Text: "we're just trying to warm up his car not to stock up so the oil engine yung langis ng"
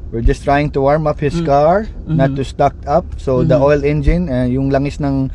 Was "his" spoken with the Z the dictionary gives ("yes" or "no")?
no